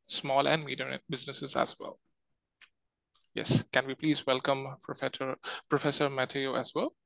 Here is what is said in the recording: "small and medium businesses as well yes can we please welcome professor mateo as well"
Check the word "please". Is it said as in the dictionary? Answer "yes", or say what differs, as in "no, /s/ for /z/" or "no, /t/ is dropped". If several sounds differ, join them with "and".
yes